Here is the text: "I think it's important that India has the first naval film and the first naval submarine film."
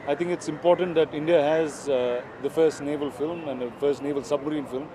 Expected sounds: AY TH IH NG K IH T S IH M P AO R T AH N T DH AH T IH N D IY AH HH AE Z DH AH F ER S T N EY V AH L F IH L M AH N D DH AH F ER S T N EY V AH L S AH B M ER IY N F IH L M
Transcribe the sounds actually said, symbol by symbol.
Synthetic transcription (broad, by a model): AY T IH NG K IH T S IH M P AO R T AH N T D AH T IH N D IY AH HH AE Z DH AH F ER S T N EY V AH L F IH L M AH N D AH F ER S T N EY V AH L S AH B M ER IY N F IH L M